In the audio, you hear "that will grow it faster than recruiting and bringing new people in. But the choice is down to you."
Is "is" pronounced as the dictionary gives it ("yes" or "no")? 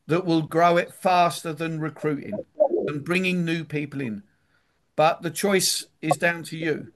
yes